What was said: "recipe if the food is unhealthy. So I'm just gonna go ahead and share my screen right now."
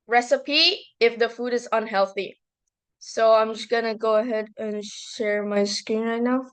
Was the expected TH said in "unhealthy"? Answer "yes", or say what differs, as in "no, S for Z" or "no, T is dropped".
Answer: yes